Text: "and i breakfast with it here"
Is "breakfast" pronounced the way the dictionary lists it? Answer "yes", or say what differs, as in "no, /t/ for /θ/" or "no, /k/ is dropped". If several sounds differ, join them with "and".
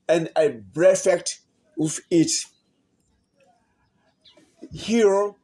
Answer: no, /k/ is dropped